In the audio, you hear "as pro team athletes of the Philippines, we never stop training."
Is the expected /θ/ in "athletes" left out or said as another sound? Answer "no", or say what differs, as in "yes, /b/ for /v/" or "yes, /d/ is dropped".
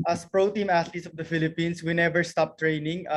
yes, /t/ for /θ/